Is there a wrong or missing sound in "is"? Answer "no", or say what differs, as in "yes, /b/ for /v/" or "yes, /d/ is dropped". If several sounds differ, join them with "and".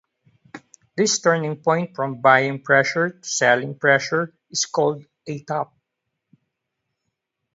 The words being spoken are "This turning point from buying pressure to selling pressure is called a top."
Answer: yes, /s/ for /z/